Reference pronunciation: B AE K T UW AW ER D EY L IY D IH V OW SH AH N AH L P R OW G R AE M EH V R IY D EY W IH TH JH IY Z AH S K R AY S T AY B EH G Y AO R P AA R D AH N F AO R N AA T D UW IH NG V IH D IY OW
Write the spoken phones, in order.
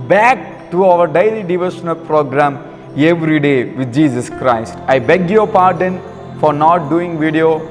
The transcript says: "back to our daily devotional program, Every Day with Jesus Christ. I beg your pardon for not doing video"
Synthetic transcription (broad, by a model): B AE K T UW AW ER D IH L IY D IH V OW SH AH N AH L P R OW G R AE M EH V R IY D EY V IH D JH IY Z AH S K R AY S T AY B EH G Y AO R P AA R D AH N F AO R N AA T D UW IH NG V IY D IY OW